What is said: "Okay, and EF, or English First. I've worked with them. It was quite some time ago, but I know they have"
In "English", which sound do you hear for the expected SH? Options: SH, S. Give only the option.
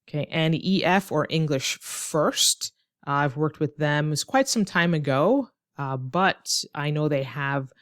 SH